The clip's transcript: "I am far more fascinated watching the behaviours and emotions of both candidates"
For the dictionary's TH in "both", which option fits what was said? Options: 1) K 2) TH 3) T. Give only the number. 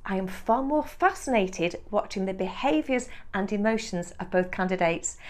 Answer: 2